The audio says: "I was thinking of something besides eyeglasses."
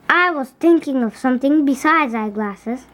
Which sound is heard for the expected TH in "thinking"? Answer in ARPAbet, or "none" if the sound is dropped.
T